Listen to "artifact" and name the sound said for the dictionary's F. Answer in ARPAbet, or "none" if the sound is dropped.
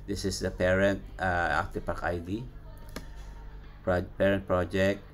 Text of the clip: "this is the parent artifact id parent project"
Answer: P